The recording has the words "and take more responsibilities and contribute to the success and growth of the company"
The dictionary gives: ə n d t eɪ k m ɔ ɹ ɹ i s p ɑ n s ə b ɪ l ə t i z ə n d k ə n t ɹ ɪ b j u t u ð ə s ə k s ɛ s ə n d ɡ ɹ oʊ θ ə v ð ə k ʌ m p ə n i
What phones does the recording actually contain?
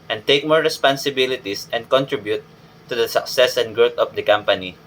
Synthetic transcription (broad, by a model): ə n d t eɪ k m ɔ ɹ ɹ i s p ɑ n s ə b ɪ l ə t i s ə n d k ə n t ɹ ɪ b j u t u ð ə s ə k s ɛ s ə n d ɡ ɹ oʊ t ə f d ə k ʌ m p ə n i